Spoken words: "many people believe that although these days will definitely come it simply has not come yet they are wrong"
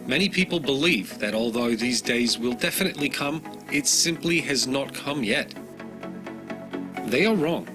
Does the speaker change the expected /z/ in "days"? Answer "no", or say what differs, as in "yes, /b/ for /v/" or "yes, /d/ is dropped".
no